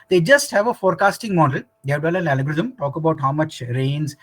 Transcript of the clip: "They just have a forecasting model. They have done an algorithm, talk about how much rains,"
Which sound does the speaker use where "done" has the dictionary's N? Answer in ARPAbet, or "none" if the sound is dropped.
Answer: L